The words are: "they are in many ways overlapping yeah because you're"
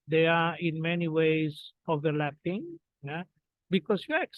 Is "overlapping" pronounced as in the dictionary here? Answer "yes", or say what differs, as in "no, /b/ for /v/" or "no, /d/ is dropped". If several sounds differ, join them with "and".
yes